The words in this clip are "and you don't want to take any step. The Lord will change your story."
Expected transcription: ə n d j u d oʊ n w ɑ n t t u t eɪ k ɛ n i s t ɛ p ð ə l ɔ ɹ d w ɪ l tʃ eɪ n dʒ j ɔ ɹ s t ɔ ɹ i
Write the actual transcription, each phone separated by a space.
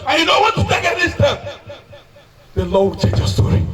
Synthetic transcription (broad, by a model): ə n j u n oʊ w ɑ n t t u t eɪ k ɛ i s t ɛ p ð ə l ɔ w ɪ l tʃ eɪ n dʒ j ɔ s t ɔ ɹ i